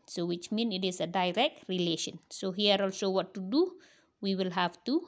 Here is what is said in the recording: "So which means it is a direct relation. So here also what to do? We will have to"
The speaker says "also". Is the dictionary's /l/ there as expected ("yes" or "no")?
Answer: yes